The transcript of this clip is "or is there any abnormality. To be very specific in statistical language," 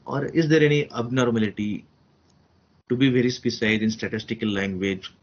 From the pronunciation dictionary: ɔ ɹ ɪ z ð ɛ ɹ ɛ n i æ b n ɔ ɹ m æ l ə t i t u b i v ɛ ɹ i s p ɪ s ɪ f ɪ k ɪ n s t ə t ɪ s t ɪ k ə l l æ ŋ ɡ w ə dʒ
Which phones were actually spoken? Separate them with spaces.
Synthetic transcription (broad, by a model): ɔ ɹ ɪ z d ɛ ɹ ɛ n i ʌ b n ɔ ɹ m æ l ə t i t u b i v ɛ ɹ i s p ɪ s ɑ ɪ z ɪ n s t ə t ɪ s t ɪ k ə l l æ ŋ ɡ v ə dʒ